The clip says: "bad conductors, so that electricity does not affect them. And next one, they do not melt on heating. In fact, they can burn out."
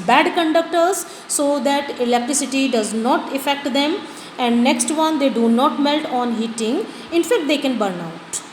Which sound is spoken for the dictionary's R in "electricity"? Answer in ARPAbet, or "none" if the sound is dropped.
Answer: R